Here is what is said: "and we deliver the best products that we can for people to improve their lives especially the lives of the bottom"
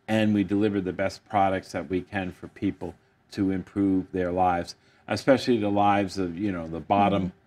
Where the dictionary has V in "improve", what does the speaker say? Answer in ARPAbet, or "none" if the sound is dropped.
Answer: V